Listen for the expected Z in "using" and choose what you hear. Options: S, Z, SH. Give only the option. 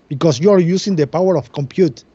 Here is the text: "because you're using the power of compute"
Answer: S